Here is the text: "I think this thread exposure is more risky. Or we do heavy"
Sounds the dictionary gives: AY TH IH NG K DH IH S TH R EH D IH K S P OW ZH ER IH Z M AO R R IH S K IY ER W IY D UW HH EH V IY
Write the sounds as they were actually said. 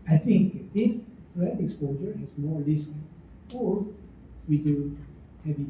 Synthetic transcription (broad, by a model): AY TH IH NG K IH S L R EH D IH K S P OW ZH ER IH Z M AO R L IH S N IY W IY D UW HH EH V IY